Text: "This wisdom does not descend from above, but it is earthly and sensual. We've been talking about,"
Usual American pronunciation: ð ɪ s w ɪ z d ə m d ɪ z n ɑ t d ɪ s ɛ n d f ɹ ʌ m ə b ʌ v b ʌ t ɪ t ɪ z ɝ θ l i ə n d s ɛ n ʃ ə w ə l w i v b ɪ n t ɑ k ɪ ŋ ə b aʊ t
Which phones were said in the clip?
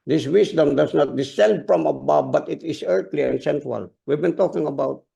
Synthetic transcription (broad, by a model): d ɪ s w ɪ s d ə m d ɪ s n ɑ t d ɪ s ɛ n d f ɹ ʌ m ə b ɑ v b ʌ t ɪ t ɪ s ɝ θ l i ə n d s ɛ n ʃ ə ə l w i v b ɪ n t ɑ k ɪ ŋ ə b aʊ t